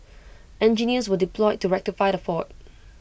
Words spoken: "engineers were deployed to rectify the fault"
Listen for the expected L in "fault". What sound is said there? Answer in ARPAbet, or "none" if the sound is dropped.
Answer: none